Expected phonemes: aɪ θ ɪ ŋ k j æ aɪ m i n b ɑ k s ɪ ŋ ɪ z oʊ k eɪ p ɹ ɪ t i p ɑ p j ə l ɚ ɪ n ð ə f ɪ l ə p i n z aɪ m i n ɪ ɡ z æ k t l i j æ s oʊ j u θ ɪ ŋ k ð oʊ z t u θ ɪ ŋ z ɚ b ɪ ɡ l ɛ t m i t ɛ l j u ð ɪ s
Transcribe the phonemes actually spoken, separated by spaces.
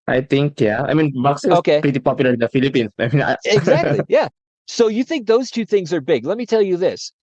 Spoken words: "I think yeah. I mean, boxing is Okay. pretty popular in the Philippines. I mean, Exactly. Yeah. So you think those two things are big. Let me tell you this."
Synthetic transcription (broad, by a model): aɪ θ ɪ ŋ k j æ aɪ m i n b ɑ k s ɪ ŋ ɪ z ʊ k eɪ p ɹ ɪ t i p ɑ p j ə l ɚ ɪ n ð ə f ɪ l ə p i n s aɪ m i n ɪ ɡ z æ k t l i j æ s oʊ j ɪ θ ɪ ŋ k ð oʊ z t u θ ɪ ŋ z ɚ b ɪ ɡ l ɛ t m i t ɛ l j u ð ɪ s